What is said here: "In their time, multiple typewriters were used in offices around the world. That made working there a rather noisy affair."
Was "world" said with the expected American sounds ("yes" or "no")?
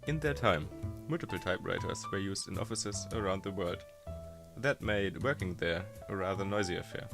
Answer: yes